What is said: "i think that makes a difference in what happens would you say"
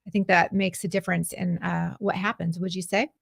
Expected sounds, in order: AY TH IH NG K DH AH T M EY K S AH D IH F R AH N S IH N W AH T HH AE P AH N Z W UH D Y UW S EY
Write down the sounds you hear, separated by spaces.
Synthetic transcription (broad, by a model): AY TH IH NG K DH AH T M EY K S AH D IH F R AH N S IH N W AH T HH AE P AH N Z W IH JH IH S EY